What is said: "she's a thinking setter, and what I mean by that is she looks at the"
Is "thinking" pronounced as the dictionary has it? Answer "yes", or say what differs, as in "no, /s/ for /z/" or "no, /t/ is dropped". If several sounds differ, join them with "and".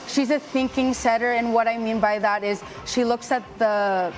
yes